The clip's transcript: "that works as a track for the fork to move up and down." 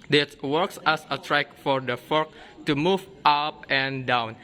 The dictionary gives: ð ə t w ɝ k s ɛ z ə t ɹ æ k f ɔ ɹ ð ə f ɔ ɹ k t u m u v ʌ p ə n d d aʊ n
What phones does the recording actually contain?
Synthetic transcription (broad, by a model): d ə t w ɝ k s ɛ s ə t ɹ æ k f ɔ ɹ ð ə f ɔ ɹ k t u m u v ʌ p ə n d d aʊ n